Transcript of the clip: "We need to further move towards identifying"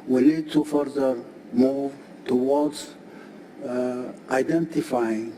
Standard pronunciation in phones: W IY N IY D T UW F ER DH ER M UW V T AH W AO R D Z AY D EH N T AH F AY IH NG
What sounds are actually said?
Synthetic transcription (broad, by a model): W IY L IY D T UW F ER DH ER M UW V T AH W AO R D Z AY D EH N T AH F AY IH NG